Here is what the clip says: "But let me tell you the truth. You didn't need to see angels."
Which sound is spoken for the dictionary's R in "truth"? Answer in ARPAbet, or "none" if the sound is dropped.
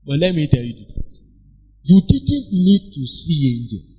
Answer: none